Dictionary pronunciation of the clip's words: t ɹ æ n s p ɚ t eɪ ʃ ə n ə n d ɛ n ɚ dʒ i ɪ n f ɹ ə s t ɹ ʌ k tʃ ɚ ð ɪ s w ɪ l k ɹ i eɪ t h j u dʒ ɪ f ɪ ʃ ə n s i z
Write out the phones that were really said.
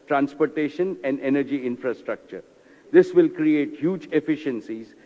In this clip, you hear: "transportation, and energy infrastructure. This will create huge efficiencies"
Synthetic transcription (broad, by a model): t ɹ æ n s p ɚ t eɪ ʃ ə n ə n d ɛ n ɚ dʒ i ɪ n f ɹ ə s t ɹ ʌ k tʃ ɚ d ɪ s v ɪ l k ɹ i eɪ t h j u dʒ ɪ f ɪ ʃ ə n s i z